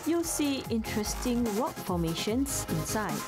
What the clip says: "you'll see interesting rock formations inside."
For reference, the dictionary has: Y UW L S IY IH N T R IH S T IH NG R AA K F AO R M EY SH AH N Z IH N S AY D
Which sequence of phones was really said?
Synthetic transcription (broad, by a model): Y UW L S IY IH N T R IH S T IH NG W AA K F AO M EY SH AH N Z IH N S AY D